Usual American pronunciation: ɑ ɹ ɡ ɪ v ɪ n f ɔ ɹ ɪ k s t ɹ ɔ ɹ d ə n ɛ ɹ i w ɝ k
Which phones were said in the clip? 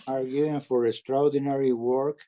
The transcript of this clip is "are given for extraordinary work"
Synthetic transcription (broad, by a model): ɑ ɹ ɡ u ɪ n f ɔ ɹ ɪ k s t ɹ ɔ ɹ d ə n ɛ ɹ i w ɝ k